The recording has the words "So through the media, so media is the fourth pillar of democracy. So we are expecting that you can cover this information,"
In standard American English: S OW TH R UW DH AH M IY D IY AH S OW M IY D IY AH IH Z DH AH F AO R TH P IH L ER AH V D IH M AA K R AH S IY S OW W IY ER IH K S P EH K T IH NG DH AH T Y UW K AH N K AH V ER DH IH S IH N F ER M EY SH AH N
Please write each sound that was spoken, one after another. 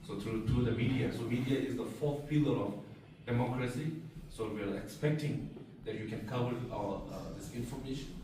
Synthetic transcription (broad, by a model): S OW T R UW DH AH M IY D IY AH S OW M IY D IY AH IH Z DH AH F AO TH P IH L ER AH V D IH M AA K R AH S IY S OW W IY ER IH K S P EH K T IH NG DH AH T Y UW K AH N K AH W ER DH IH S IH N F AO M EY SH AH N